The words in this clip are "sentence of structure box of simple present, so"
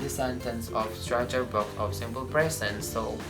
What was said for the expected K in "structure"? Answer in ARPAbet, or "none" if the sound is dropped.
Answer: none